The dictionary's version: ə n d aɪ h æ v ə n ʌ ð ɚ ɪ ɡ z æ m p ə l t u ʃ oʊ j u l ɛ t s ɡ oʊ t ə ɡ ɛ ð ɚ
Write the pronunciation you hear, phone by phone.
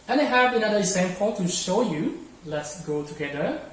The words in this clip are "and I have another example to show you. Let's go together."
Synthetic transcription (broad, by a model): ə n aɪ h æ b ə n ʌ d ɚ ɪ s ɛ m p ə n t u ʃ oʊ j u l ɛ t s ɡ oʊ t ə ɡ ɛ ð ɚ